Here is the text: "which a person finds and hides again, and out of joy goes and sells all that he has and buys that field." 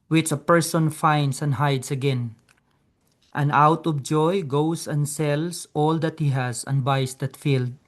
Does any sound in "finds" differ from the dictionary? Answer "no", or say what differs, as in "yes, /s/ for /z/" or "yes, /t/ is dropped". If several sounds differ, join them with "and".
yes, /s/ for /z/